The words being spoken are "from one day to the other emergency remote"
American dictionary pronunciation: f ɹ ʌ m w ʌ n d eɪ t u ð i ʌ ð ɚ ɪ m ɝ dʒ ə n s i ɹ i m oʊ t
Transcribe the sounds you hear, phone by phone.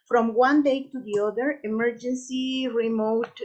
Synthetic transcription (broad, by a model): f ɹ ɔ m w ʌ n d eɪ t u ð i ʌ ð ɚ ɪ m ɝ dʒ ə n s i ɹ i m oʊ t